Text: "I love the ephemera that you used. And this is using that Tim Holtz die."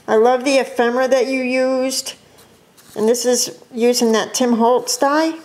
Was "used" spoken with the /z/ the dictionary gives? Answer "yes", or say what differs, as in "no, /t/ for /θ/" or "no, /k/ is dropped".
yes